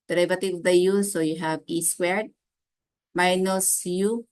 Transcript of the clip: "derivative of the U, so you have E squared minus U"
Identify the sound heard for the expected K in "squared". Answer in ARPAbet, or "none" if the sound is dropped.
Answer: none